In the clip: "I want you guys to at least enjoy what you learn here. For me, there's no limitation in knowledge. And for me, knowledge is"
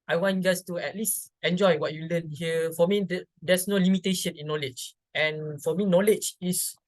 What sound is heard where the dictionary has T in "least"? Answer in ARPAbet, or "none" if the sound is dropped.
T